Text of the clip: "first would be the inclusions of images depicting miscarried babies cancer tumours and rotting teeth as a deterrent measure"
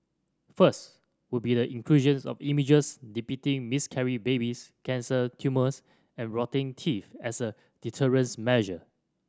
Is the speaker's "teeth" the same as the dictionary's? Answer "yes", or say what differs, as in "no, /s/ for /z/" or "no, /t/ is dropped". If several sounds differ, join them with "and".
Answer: no, /f/ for /θ/